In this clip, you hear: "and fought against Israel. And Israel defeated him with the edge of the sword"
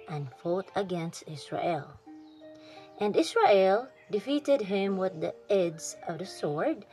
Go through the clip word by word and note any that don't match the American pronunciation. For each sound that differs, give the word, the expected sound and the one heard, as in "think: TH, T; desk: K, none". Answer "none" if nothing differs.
israel: Z, S; israel: Z, S; edge: JH, Z